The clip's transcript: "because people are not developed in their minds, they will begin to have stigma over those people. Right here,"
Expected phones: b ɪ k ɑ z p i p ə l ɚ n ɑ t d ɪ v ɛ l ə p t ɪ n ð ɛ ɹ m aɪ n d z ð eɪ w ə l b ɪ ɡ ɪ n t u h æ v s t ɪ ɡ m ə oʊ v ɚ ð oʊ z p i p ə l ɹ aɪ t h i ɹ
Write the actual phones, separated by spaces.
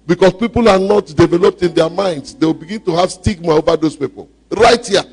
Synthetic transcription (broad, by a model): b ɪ k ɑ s p i p ə l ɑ n ɑ t d ɪ v ɛ l ə p t ɪ n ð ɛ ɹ m aɪ n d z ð eɪ w ə l b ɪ ɡ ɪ n t u h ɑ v s t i ɡ m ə oʊ v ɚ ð oʊ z p i p ə l ɹ aɪ t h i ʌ